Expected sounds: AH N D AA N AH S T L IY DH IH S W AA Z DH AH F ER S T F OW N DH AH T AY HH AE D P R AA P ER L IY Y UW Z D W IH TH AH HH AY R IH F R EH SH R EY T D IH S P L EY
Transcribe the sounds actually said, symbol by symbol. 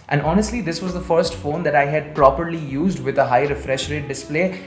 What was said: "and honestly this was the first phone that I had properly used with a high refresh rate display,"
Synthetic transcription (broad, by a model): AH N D AA N AH S T L IY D IH S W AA Z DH AH F ER S T F OW N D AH T AY HH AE D P R AA P ER L IY Y UW Z D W IH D AH HH AY R IH F R EH SH R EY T D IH S P L EY